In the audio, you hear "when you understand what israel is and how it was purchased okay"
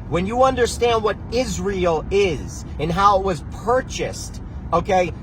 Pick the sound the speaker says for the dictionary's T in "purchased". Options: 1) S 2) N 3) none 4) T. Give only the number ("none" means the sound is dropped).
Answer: 4